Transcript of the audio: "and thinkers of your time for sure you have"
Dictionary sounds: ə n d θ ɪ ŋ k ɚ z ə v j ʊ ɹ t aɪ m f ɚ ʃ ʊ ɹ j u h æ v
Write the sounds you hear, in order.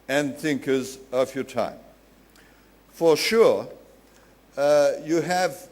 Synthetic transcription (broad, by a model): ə n θ ɪ ŋ k ɚ z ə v j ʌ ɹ t aɪ m f ɚ ʃ ʊ ɹ j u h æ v